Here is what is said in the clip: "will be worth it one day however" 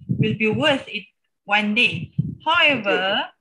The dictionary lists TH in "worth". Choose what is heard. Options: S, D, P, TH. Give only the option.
S